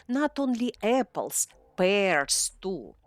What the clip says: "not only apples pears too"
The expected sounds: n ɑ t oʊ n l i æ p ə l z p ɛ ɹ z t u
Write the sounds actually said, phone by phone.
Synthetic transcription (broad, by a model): n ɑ t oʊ n l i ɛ p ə l s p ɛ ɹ s t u